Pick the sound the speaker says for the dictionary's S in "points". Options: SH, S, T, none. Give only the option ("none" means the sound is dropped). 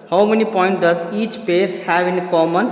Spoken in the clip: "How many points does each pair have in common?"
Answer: none